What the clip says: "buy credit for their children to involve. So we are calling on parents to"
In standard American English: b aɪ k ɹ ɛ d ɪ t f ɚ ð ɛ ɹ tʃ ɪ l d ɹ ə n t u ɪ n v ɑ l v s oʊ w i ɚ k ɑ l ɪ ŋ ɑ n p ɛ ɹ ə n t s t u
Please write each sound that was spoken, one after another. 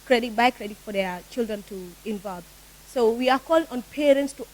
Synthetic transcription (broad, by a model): b aɪ k ɹ ɛ d ɪ t f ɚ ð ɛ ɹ tʃ ɪ l d ɹ ə n t u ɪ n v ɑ l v s oʊ w i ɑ k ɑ l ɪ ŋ ɑ n p ɛ ɹ ə n t s t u